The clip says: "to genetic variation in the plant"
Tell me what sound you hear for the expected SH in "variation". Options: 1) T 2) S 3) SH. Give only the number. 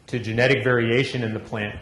3